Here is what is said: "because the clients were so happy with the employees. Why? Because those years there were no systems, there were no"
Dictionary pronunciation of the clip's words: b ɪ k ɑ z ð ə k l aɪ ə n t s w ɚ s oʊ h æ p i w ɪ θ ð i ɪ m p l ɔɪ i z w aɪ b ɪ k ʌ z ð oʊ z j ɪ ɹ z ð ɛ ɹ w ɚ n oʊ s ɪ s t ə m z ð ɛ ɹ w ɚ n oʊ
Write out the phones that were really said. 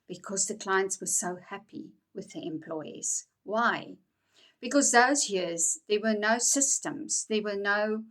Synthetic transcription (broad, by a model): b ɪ k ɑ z ð ə k l aɪ ə n t s w ɚ s oʊ h æ p i w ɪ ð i ɪ m p l ɔɪ i z w aɪ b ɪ k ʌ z ð oʊ z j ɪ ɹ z ð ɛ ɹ w ɚ n oʊ s ɪ s t ə m z ð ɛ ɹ w ɚ n oʊ